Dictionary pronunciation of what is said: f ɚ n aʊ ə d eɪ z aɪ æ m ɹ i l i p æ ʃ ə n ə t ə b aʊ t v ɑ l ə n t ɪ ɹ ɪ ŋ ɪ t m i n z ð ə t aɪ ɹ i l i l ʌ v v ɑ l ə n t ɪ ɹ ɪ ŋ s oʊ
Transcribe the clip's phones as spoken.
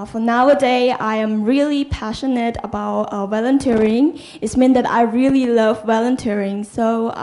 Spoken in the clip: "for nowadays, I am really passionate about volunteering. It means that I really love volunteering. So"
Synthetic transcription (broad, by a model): f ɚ n aʊ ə d eɪ aɪ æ m ɹ i l i p æ ʃ ə n ə t ə b aʊ t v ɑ l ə n t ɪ ɹ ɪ ŋ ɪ t m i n ð ə t aɪ ɹ i l i l ʌ v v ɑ l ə n t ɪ ɹ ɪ ŋ s oʊ